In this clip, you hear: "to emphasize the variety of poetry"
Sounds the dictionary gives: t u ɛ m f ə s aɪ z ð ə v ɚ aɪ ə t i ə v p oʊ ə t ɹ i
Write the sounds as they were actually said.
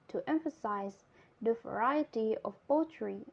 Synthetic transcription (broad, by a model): t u ɛ m f ə s aɪ z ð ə v ɚ aɪ ə t i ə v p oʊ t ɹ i